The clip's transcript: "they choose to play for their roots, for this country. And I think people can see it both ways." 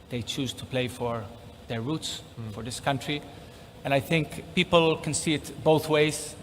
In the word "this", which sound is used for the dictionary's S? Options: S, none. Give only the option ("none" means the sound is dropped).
S